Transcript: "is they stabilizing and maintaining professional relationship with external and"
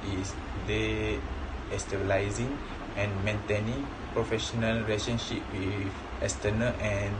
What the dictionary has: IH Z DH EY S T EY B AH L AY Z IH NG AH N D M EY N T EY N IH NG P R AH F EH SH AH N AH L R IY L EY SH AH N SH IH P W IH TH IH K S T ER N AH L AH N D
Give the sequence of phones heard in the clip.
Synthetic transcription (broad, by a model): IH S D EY S T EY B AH L AY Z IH NG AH N M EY N T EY N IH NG P R AH F EH SH AH N AH L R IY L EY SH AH N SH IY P W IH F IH S T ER N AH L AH N